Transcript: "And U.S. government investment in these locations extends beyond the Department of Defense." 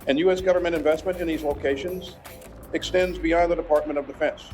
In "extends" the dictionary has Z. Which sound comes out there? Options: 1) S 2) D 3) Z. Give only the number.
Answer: 3